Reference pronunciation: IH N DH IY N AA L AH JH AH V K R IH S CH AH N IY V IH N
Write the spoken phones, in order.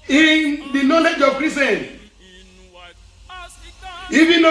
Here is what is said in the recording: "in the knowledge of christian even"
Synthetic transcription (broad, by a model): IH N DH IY N AA L AH JH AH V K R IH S AH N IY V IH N